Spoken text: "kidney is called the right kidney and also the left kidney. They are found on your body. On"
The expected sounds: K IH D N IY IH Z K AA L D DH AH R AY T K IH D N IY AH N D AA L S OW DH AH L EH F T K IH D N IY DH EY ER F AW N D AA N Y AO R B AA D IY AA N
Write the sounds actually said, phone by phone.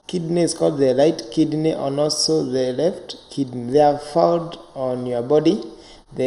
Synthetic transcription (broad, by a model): K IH D N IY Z K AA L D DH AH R AY T K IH D N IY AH N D AA L S OW DH AH L EH F T K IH D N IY DH EY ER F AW D AA N Y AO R B AA D IY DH